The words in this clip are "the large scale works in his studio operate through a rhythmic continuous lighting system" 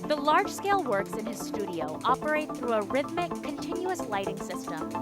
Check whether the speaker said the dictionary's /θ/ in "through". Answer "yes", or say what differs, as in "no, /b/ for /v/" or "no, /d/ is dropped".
yes